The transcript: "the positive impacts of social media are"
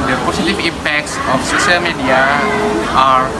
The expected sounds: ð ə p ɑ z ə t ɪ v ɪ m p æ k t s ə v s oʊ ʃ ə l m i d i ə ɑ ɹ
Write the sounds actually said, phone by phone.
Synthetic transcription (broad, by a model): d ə p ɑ s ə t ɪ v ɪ m p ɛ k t s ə f s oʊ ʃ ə l m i d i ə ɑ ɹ